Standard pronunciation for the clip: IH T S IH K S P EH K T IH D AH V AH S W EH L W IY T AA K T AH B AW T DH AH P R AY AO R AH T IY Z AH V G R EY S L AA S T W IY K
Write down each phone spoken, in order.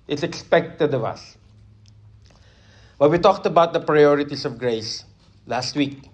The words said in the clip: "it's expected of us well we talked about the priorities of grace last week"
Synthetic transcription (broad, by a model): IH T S IH K S P EH K T IH D AH V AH S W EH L W IY T AA K T AH B AW T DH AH P R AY AO R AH T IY S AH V G R EY S L AA S T W IY K